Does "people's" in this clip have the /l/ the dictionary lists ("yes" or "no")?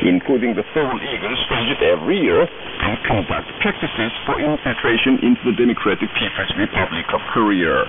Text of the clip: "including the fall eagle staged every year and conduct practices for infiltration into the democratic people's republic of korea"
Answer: no